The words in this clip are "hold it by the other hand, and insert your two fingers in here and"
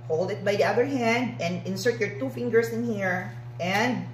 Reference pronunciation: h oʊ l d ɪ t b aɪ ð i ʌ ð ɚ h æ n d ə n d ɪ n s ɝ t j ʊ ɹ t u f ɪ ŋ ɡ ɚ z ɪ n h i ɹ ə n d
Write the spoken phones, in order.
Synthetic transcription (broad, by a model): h oʊ l d ɪ t b aɪ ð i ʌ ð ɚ h æ n d ə n d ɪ n s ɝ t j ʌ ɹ t u f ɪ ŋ ɡ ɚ s ɪ n h i ɹ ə n d